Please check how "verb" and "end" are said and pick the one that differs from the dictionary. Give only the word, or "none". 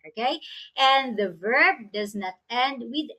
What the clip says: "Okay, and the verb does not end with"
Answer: none